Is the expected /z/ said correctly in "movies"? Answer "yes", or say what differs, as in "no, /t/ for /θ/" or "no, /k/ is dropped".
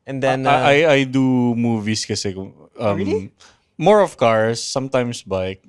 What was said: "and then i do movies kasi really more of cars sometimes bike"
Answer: no, /s/ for /z/